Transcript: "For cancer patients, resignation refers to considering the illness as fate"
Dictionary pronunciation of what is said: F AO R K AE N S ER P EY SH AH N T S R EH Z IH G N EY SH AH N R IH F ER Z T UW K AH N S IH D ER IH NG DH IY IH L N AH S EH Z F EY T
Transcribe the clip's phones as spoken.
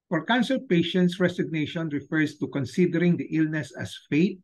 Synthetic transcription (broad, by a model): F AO R K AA N S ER P EY SH AH N T S R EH S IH G N EY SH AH N R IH F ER S T UW K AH N S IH D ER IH NG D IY IH L N AH S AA S F EY T